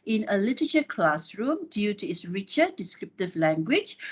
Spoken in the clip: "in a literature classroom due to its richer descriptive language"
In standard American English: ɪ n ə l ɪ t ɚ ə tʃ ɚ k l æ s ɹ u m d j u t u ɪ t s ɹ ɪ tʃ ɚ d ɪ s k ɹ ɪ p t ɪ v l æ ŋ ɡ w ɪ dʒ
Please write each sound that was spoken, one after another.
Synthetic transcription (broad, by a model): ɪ n ə l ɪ t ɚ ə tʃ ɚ k l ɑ s ɹ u m d j u t u ɪ t s ɹ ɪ tʃ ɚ d ɪ s k ɹ ɪ p t ɪ v l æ ŋ ɡ w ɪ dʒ